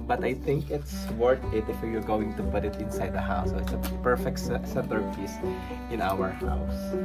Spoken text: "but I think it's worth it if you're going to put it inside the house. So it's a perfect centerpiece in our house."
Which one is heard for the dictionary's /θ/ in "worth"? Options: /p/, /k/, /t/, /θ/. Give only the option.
/t/